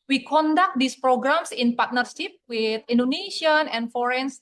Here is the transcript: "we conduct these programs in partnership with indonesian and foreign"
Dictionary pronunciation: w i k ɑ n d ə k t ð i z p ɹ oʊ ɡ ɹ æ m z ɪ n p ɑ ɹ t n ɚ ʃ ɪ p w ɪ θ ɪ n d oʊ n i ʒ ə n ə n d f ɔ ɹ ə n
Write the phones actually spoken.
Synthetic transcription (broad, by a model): w i k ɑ n d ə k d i s p ɹ oʊ ɡ ɹ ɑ m s ɪ n p ɑ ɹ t n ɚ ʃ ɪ p w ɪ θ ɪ n d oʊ n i ʃ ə n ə n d f ɔ ɹ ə n